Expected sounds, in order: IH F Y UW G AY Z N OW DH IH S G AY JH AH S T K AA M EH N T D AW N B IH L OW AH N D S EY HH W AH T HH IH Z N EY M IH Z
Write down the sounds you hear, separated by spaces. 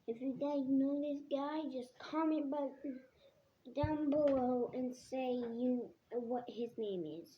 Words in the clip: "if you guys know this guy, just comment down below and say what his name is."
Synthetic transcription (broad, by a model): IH F Y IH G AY N OW DH IH S G AY JH AH S K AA M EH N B D AW N B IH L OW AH N S EY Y W AH T HH IH Z N EY M IH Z